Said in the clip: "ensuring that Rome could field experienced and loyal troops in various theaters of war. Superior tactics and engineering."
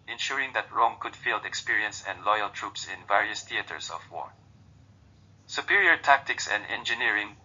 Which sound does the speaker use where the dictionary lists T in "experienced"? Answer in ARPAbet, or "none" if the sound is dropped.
none